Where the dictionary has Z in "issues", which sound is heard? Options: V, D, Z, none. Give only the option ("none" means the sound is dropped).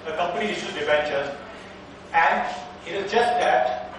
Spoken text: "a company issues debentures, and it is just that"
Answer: none